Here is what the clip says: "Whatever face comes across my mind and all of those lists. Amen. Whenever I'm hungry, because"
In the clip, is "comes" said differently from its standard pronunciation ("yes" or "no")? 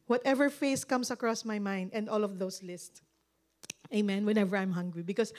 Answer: yes